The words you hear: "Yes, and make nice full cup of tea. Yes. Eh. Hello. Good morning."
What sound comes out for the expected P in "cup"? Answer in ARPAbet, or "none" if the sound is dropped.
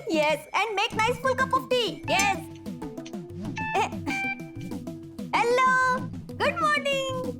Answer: P